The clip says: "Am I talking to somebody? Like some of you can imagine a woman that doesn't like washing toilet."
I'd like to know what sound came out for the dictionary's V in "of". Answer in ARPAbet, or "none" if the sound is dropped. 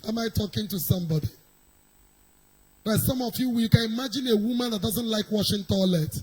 W